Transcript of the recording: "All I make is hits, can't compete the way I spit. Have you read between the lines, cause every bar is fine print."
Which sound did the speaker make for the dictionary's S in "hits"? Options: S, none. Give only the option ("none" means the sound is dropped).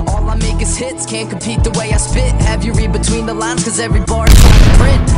S